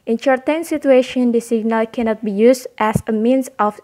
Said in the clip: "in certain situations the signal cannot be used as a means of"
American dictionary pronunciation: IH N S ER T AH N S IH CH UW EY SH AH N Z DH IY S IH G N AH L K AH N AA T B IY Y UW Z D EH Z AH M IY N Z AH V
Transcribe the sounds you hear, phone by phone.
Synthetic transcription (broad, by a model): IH N SH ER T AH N S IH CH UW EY SH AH N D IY S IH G N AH L K AH N AA T B IY Y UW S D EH S AH M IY N S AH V